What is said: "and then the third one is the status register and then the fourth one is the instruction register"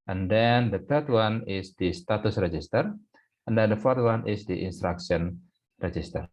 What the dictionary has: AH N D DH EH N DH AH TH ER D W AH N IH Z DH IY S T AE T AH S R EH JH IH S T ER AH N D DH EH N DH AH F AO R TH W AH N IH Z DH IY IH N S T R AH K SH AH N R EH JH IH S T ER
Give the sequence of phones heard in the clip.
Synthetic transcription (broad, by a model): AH N D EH N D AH T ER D W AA N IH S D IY S T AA T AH S R EH JH IH S T ER AH N D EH N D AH F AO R T W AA N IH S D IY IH N S T R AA K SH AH N R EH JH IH S T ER